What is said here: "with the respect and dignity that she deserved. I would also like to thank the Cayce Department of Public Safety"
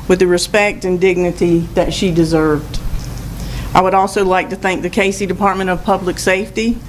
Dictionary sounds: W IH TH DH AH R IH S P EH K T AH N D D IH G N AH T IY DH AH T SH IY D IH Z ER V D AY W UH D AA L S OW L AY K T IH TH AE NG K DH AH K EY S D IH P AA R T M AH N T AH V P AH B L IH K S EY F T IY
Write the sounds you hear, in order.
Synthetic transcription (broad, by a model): W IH DH AH R IH S P EH K T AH N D D IH G N AH T IY DH AH T SH IY D IH Z ER V D AY W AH D AA L S OW L AY K T IH TH AE NG K DH AH K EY S D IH P AA R T M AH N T AH V P AH B L IH K S EY F T IY